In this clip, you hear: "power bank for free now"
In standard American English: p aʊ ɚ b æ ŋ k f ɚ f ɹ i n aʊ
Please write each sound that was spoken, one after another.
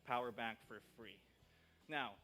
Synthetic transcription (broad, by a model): p aʊ ɚ b æ ŋ k f ɚ f ɹ i n aʊ